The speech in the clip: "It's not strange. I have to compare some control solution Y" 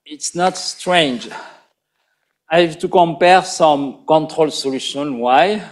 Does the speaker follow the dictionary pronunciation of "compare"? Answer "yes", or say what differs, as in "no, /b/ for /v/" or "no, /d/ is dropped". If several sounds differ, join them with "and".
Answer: yes